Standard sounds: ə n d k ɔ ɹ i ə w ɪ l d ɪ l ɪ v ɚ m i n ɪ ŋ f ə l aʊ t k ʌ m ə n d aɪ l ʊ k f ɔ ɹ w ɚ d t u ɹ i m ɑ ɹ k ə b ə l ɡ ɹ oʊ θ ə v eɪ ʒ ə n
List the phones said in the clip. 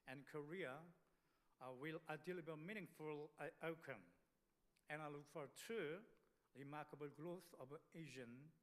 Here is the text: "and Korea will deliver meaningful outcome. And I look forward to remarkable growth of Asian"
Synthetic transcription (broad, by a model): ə n k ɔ ɹ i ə w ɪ l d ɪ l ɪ b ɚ m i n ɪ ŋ f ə l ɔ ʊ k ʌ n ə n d aɪ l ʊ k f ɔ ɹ t u ɹ i m ɑ ɹ k ə b ə l ɡ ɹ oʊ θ ə v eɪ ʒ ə n